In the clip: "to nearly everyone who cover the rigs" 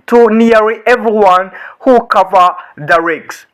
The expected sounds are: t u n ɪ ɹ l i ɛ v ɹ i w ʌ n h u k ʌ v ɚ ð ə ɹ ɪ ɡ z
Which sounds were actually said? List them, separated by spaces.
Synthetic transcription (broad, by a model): t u n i ɹ i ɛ v ɹ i w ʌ n h u k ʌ v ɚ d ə ɹ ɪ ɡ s